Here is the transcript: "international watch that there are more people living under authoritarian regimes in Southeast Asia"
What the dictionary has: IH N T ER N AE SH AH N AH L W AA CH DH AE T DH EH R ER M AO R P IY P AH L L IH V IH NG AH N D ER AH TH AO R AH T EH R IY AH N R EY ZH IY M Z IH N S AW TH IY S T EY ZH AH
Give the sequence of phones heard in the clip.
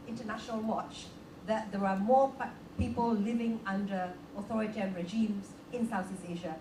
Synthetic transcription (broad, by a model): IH N T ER N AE SH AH N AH L W AA CH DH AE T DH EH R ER M AO P IY P AH L L IH V IH NG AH N D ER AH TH AO R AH T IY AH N R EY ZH IY M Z IH N S AW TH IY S EY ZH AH